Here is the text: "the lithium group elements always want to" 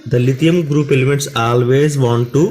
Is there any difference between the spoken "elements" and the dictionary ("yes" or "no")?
yes